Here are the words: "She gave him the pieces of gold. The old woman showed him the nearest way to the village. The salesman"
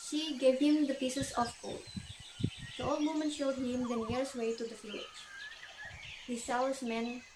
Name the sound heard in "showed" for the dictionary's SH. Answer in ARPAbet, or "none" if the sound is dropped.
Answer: SH